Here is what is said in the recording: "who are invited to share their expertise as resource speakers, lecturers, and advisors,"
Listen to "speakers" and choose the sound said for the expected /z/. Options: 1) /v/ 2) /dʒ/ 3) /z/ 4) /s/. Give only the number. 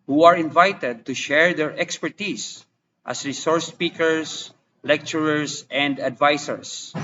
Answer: 4